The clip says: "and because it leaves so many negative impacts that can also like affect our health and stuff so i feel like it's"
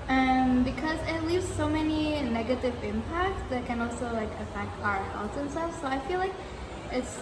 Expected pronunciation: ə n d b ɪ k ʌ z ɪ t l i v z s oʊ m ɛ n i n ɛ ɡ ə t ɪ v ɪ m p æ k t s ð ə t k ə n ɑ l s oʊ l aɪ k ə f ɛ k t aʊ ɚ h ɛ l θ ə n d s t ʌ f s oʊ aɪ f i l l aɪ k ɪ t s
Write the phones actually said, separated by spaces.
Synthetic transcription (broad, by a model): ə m b ɪ k ʌ z ɪ t l i v z s oʊ m ɛ n i n ɛ ɡ ə t ɪ v ɪ m p æ k t s ð ə t k ə n ɑ l s oʊ l aɪ k ə f ɛ k t aʊ ɚ h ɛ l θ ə n s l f s oʊ aɪ f i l l aɪ k ɪ t s